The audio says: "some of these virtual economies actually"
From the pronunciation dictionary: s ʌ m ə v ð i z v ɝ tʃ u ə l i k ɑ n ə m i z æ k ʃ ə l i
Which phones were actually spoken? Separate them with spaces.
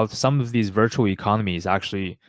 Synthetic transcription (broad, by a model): s ʌ m ə v ð i z v ɝ tʃ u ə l i k ɑ n ə m i z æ k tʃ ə l i